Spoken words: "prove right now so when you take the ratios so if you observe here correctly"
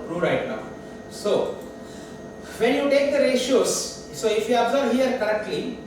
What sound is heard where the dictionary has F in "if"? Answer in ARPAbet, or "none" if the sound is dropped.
F